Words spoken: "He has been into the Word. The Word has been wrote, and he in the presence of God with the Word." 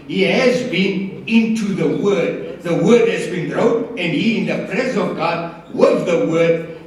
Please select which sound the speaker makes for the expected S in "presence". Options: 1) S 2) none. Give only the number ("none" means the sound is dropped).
2